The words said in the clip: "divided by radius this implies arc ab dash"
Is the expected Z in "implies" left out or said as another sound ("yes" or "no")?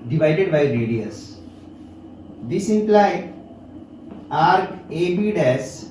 yes